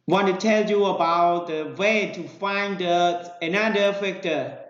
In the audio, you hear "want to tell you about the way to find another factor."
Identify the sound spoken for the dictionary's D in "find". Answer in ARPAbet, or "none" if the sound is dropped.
D